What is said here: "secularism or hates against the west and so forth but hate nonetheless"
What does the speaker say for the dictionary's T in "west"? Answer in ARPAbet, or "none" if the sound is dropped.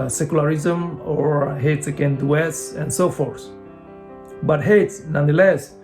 none